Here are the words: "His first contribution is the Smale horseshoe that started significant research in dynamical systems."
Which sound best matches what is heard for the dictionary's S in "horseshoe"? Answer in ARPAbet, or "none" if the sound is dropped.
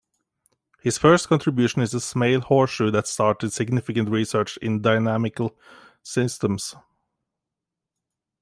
none